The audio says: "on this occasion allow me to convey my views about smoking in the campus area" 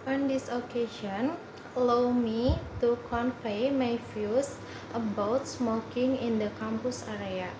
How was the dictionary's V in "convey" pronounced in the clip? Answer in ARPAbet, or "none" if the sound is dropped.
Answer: P